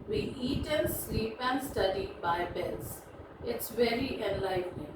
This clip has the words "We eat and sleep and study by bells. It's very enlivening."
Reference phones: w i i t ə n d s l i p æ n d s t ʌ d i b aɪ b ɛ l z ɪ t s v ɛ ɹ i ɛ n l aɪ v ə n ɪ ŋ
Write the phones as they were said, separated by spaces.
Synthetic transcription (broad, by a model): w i i t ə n s l i p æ n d s t ʌ d i b aɪ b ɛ l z ɪ t s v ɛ ɹ i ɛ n l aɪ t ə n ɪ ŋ